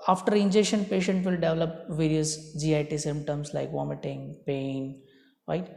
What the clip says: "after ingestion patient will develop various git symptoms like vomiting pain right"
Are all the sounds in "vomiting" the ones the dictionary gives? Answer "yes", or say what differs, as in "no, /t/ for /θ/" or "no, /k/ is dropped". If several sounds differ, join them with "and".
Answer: yes